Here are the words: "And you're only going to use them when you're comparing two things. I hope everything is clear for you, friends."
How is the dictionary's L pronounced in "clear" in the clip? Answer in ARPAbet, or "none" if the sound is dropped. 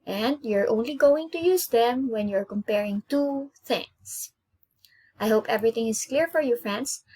L